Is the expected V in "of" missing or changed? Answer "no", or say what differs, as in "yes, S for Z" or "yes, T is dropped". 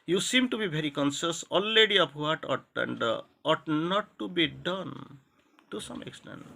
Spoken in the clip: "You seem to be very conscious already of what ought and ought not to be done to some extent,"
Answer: yes, P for V